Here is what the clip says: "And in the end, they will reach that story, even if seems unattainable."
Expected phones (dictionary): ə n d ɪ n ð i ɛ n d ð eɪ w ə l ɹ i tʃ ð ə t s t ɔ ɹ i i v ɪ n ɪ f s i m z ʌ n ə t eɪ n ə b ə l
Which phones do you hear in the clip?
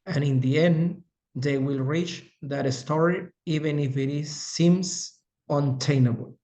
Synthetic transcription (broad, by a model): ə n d ɪ n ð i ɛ n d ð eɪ w ə l ɹ i tʃ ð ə t s t ɔ ɹ i i v ɪ n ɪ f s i m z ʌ n t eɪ n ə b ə l